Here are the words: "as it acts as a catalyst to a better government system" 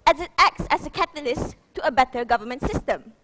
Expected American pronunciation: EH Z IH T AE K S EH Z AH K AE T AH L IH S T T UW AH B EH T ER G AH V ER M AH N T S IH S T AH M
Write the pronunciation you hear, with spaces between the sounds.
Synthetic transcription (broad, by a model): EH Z IH T AE K S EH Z AH K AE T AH L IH S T T UW AH B EH T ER G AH V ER M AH N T S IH S T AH M